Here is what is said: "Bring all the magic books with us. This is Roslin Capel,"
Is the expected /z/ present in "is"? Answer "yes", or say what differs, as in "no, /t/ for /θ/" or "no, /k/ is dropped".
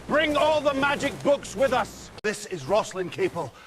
yes